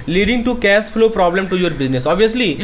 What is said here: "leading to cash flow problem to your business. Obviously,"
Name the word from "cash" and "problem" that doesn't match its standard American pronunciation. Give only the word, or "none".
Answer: cash